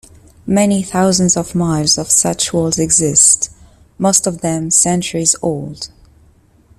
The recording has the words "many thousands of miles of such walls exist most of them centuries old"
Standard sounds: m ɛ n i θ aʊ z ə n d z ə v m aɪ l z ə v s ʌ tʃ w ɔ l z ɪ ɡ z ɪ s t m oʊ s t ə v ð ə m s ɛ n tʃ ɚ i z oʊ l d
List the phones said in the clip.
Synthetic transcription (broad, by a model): m ɛ n i θ aʊ z ə n d z ə v m aɪ l z ə v s ʌ tʃ w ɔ l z ɪ ɡ z ɪ s t m oʊ s t ə v ð ə m s ɛ n tʃ ɚ i z oʊ l d